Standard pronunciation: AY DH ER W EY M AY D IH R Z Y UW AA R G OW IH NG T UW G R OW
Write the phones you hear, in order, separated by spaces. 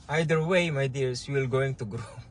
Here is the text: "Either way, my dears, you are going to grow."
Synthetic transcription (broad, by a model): AY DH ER W EY M AY D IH R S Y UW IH L G OW IH NG T UW G R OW